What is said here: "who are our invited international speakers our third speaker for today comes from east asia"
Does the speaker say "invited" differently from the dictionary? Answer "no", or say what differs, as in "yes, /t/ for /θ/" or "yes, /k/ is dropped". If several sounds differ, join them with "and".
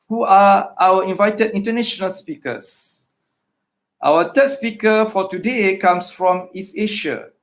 no